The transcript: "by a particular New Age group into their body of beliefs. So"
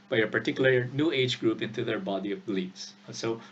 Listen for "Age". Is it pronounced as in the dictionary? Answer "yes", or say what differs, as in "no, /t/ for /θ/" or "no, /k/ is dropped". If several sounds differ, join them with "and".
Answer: yes